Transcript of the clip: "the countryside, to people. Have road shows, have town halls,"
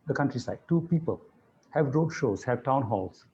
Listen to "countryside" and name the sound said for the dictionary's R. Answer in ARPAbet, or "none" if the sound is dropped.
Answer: R